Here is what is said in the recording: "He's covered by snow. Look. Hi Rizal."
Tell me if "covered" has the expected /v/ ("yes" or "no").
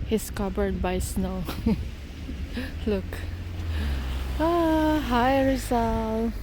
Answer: no